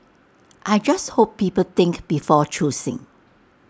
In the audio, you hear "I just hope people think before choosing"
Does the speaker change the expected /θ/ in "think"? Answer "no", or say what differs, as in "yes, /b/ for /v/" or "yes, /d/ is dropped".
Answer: yes, /t/ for /θ/